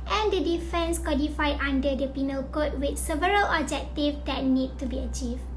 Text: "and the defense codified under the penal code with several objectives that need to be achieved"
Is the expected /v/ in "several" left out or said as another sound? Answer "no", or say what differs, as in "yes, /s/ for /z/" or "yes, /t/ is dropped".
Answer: no